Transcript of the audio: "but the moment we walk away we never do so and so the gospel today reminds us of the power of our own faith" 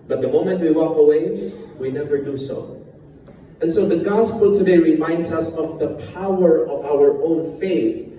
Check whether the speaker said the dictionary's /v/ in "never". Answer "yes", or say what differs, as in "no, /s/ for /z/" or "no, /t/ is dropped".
yes